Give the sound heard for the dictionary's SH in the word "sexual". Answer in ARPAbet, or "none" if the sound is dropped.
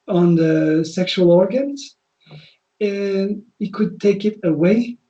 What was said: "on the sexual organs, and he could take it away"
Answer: SH